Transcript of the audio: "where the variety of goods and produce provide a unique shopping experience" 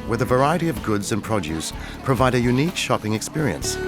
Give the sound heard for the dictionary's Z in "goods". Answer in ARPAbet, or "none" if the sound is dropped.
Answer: Z